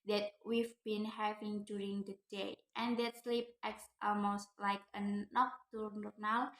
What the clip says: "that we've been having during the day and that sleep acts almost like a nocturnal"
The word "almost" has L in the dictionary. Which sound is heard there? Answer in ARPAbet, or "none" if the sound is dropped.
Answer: L